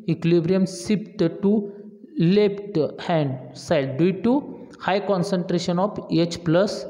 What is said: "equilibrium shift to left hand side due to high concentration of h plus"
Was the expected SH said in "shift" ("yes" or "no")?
no